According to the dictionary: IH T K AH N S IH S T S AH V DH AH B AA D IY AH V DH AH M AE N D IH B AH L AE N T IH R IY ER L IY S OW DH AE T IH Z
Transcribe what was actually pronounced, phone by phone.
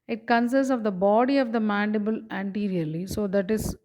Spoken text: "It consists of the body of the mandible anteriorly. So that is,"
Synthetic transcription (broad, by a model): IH T K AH N S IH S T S AH V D AH B AA D IY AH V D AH M AE N D IH B AH L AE N T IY R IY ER L IY S OW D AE T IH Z